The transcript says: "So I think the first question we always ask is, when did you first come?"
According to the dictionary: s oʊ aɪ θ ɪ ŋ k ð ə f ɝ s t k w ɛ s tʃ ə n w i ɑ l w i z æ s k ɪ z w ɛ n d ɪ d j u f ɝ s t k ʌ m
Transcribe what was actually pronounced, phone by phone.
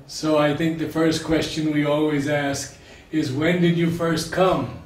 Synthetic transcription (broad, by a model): s oʊ aɪ θ ɪ ŋ k ð ə f ɝ s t k w ɛ s tʃ ə n w i ɑ l w i z æ s k ɪ z w ɛ n d ɪ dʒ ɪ f ɝ s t k ʌ m